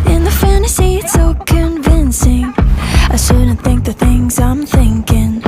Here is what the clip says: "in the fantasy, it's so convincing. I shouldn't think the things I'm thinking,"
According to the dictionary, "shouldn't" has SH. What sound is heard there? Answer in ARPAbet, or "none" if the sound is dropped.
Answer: S